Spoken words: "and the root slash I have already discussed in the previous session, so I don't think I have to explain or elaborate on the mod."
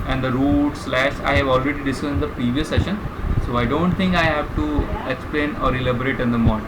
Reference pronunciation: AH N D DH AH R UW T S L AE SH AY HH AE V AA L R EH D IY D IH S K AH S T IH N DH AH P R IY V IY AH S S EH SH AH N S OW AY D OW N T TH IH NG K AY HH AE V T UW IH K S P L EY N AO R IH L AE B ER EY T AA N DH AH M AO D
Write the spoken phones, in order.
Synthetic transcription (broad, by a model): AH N D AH R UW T S L AE SH AY HH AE V AA L R EH D IY D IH S AH IH N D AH P R IY V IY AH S S EH SH AH N S OW AY D OW N T T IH NG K AY HH AE V T UW IH K S P L EY N AO R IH L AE B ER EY T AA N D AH M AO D